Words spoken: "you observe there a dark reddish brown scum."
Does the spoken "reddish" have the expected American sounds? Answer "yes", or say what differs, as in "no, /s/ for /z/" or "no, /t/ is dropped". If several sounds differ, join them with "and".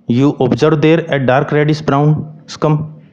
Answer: no, /s/ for /ʃ/